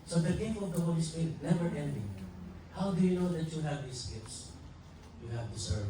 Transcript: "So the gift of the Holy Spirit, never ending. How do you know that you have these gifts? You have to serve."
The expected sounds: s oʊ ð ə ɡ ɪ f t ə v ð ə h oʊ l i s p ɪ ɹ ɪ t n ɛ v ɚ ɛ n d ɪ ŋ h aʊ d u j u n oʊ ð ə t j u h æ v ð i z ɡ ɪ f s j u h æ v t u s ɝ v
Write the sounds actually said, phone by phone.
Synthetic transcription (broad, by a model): s oʊ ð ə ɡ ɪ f ə v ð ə h oʊ l i s p ɪ ɹ ɪ t n ɛ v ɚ ɛ n d ɪ ŋ h aʊ d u j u n oʊ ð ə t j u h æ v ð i s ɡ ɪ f s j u h æ v t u s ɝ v